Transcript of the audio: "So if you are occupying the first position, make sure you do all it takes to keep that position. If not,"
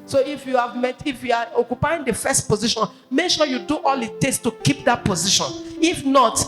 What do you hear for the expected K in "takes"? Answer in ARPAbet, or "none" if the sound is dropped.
none